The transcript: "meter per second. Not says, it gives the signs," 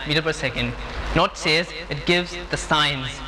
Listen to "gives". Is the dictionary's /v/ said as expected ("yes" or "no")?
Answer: yes